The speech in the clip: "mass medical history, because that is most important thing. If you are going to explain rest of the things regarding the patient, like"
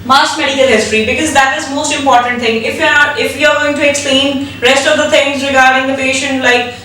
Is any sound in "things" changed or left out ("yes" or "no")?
yes